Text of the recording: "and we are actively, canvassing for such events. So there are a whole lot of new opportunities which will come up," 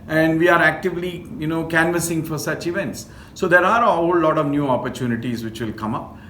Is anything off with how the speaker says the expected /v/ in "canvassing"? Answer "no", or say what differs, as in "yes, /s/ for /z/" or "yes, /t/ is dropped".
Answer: no